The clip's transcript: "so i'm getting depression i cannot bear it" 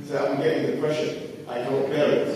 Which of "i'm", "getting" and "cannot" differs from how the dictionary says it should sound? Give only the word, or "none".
cannot